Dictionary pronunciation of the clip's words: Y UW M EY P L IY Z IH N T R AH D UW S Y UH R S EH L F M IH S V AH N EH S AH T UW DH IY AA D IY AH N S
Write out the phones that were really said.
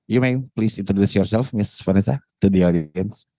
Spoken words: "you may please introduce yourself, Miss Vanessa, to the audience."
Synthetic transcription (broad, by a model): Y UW M EY P L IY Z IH N T R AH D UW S Y UH R S EH L F M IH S F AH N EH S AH T UW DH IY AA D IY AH N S